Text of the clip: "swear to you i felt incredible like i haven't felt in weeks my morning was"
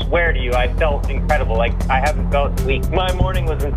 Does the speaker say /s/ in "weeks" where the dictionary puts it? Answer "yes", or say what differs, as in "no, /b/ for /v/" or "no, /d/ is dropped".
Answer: no, /s/ is dropped